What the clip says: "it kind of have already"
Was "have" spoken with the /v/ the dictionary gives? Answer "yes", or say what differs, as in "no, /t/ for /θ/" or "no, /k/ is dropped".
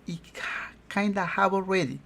no, /b/ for /v/